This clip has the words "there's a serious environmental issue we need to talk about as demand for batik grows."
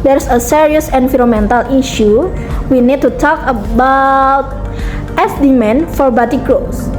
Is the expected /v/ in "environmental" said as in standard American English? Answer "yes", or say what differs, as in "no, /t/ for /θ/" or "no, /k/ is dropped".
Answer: no, /f/ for /v/